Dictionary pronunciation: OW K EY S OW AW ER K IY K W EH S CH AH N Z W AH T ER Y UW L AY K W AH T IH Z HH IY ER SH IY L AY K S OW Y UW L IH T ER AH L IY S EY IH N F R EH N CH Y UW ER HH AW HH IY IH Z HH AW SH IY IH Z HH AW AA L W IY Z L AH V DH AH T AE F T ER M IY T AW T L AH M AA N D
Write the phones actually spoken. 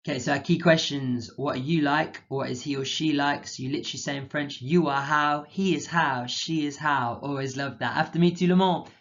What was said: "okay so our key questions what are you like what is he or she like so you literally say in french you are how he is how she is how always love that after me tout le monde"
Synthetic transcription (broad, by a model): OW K EY S OW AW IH K IY K W EH S CH AH N Z W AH T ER Y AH L AY K W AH T IH Z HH IY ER SH IY L AY K S Y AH L IH T ER AH L IY S EY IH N F R EH N CH Y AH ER HH AW HH IY IH Z HH AW SH IY IH Z HH AW AA L W IY Z L AH V DH AH T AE F T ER M IY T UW L AH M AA